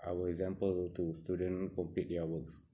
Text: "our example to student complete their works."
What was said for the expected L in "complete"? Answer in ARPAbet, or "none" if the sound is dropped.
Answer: none